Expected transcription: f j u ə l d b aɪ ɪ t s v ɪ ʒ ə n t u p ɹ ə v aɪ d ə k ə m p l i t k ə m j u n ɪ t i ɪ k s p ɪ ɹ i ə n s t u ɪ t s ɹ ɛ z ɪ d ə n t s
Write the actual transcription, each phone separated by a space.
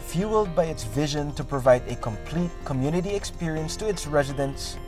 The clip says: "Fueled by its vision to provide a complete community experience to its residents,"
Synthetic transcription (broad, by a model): f j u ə l d b aɪ ɪ t s v ɪ ʒ ə n t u p ɹ ə v aɪ d ə k ə m p l i t k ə m j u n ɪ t i ɪ k s p ɪ ɹ i ə n s t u ɪ t s ɹ ɛ z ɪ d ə n s